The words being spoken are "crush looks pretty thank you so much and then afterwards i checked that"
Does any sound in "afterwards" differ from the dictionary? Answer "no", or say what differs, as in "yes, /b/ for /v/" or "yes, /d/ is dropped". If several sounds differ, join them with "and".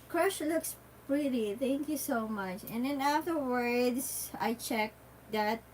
yes, /s/ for /z/